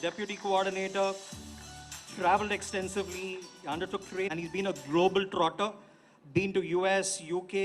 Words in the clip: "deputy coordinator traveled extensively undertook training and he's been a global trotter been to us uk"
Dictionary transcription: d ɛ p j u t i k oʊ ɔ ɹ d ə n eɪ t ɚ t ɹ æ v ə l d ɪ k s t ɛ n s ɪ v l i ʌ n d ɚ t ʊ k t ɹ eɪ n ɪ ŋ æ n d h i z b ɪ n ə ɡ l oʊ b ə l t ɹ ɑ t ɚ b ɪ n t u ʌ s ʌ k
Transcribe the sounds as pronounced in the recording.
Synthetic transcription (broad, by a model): d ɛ p j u t i k oʊ ɔ ɹ d ə n eɪ t ɚ t ɹ æ v ə l d ɪ k s t ɛ n s ɪ v l i ʌ n d ɚ t ʊ k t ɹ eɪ ɪ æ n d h i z b ɪ n ə ɡ l oʊ b ə l t ɹ ɑ t ɚ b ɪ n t u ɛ s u k